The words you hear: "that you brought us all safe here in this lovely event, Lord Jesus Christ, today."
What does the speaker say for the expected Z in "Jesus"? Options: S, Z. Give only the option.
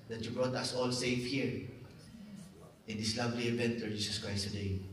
S